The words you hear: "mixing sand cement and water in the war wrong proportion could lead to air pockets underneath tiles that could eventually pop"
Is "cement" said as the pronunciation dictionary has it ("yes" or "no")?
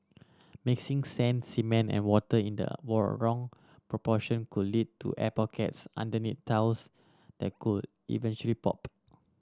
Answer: no